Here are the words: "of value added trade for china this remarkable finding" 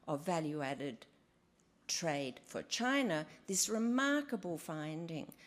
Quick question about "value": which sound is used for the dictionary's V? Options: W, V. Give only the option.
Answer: V